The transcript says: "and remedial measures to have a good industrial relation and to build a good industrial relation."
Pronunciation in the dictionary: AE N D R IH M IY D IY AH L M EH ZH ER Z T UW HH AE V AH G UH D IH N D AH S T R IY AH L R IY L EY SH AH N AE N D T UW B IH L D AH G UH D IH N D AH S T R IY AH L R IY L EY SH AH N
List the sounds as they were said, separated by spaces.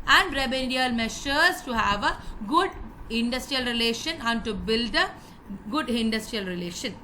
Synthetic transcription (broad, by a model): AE N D R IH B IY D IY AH L M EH SH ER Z T UW HH AE V AH G UH D IH N D AH S T R IY AH L R IY L EY SH AH N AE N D T UW B IH L D AH G UH D IH N D AH S T R IY AH L R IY L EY SH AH N